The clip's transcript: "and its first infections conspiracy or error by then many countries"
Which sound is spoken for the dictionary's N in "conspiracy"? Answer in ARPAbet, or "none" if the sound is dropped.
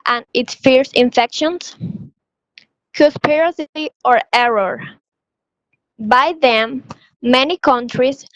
none